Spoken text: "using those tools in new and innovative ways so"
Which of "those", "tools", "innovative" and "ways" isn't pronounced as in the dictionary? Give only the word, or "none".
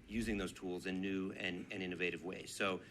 none